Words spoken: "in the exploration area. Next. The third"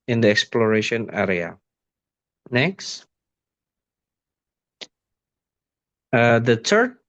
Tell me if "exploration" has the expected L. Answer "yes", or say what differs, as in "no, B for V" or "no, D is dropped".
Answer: yes